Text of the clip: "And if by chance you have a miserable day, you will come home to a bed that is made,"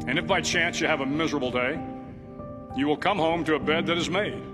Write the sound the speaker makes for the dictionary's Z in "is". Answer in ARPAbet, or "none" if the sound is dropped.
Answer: Z